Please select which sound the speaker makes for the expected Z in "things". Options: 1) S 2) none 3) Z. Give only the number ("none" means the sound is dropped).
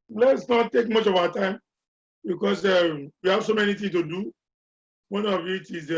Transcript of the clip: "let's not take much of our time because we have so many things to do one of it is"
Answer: 2